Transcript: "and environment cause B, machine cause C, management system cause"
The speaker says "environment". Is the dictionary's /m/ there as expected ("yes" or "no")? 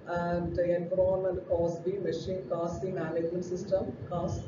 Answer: no